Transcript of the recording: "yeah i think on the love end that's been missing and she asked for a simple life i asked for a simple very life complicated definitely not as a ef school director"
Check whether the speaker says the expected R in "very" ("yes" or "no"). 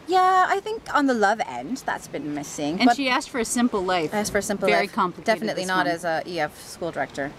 no